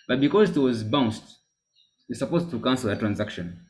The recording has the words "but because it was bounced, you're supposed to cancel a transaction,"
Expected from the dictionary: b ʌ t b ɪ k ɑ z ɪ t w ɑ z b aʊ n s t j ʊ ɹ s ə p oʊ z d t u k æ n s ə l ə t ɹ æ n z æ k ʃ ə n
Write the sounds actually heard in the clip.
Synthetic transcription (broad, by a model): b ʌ t b ɪ k ɑ z ɪ t w ɑ z b aʊ n s t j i s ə p oʊ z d t u k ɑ n s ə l ə t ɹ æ n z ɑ k ʃ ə n